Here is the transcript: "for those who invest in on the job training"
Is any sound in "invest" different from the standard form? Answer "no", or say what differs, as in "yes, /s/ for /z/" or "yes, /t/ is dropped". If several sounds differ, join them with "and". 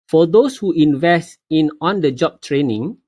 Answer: no